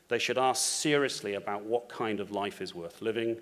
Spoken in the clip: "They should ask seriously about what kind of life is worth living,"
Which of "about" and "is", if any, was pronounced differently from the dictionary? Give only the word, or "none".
none